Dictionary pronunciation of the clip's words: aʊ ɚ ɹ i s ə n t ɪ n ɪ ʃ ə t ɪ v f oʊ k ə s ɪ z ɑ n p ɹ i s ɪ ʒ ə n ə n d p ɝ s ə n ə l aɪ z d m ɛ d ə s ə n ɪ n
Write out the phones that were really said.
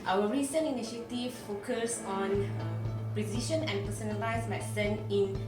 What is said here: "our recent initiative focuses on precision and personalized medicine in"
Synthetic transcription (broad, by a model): aʊ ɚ ɹ i s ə n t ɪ n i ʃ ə t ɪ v f oʊ k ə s ɑ n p ɹ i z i ʃ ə n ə n p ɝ s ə n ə l aɪ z m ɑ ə s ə n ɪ n